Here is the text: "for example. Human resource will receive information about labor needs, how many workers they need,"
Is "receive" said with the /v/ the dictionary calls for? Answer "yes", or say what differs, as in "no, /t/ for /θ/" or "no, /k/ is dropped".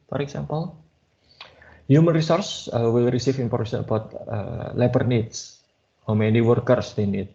no, /f/ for /v/